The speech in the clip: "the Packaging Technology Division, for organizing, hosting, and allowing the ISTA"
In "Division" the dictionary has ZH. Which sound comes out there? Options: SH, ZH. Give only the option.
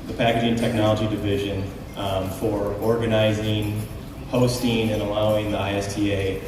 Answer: ZH